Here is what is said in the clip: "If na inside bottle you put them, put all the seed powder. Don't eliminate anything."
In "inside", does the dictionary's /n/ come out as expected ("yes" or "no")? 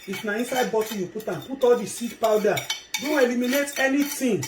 yes